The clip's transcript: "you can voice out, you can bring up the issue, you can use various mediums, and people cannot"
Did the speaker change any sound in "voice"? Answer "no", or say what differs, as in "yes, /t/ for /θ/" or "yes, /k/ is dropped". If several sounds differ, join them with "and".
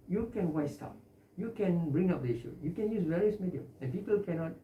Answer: yes, /w/ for /v/